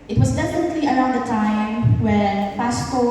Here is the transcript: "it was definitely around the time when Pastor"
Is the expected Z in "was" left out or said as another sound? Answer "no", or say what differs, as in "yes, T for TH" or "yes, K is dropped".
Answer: no